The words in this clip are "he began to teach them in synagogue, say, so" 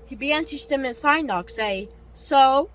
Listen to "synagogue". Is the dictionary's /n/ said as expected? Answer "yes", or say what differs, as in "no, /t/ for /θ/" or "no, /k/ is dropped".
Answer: no, /n/ is dropped